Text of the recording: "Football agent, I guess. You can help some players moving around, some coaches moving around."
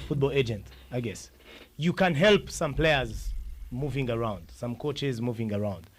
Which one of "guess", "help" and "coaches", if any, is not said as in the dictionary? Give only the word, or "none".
none